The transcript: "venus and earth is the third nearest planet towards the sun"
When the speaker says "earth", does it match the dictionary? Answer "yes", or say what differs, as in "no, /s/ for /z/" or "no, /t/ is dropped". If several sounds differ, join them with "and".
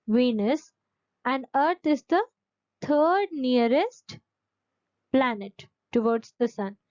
no, /t/ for /θ/